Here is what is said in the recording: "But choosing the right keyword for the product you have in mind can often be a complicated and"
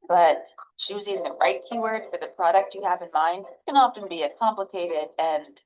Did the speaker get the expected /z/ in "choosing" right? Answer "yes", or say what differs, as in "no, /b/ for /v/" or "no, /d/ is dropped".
yes